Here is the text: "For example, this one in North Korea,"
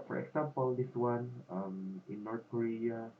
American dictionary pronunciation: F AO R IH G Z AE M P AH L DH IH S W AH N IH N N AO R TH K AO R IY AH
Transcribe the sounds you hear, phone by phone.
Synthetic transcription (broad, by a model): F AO R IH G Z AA M P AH L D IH S W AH N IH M N AO R T K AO R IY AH